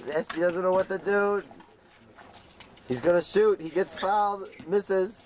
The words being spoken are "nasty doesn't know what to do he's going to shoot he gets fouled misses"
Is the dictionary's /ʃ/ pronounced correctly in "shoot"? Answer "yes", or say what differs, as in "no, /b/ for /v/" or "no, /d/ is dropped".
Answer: yes